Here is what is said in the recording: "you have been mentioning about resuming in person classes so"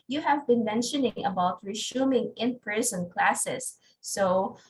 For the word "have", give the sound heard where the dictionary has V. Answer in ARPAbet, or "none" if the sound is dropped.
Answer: V